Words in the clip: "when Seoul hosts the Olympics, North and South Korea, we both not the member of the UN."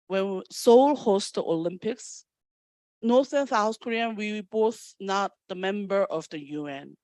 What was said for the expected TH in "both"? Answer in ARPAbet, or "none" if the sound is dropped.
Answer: TH